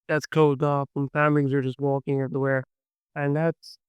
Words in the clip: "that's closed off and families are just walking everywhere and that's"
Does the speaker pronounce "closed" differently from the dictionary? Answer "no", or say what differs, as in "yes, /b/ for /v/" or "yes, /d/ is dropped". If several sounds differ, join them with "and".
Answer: yes, /l/ is dropped